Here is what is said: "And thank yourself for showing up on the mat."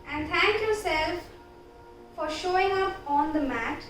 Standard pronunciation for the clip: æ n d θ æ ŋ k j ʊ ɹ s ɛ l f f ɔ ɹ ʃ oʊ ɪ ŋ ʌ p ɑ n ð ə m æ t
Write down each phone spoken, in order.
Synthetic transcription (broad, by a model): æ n d t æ ŋ k j ʊ ɹ s ɛ l f f ɔ ɹ ʃ oʊ ɪ ŋ ʌ p ɑ n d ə m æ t